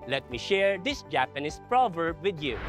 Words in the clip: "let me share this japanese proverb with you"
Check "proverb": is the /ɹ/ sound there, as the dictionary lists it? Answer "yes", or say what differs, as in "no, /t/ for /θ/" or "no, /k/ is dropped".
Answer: yes